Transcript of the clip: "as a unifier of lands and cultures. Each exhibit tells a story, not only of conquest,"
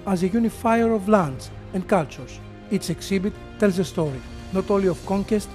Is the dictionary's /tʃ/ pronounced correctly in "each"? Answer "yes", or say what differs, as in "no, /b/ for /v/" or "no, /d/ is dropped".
no, /s/ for /tʃ/